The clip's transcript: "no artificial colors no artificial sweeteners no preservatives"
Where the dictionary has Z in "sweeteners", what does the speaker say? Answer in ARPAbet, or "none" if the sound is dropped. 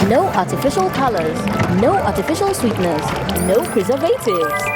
S